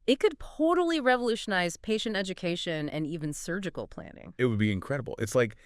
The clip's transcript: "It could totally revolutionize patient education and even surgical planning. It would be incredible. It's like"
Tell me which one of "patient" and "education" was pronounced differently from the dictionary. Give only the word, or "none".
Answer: none